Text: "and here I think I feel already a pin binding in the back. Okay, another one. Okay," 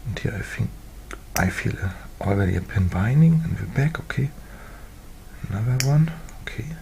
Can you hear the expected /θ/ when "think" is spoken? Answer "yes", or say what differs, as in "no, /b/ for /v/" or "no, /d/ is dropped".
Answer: no, /f/ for /θ/